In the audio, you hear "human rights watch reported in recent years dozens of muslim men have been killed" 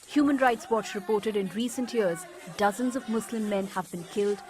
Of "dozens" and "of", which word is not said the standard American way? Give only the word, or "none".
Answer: none